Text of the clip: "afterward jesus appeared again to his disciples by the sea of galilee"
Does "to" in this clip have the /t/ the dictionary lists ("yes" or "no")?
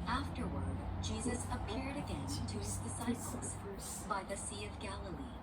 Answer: no